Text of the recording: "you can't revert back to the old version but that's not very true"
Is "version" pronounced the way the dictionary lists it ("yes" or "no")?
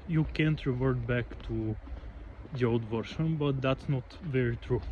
no